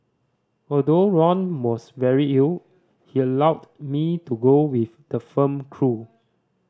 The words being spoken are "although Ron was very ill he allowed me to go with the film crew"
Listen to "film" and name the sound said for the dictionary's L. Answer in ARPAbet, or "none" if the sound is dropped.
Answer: none